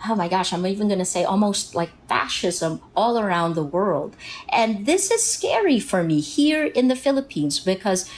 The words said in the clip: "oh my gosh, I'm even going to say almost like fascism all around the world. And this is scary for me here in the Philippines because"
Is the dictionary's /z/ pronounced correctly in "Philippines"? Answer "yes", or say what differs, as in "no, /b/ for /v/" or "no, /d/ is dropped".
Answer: yes